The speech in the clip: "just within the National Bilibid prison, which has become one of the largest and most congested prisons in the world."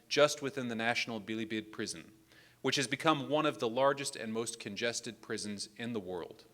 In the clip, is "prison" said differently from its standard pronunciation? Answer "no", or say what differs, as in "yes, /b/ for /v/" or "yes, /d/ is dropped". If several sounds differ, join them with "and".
no